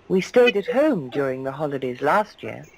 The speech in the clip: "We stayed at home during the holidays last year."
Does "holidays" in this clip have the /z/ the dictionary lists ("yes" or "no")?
yes